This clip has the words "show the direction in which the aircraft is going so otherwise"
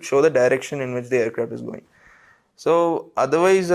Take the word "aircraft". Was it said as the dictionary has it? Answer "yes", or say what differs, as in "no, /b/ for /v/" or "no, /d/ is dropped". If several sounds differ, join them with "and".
no, /f/ is dropped